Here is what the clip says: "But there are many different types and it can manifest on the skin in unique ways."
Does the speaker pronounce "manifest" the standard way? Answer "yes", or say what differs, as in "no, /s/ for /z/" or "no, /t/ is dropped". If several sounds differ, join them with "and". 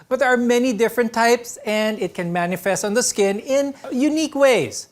yes